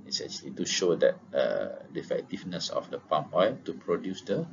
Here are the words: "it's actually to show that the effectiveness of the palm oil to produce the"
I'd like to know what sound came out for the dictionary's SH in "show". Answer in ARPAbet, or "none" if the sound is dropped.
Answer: SH